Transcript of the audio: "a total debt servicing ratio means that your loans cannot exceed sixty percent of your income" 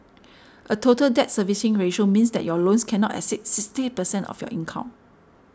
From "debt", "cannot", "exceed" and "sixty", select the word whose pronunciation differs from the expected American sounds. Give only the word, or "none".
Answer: exceed